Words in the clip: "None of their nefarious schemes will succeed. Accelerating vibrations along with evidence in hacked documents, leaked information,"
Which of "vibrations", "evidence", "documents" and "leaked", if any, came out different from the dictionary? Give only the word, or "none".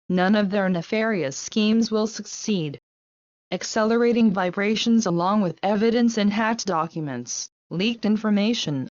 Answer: none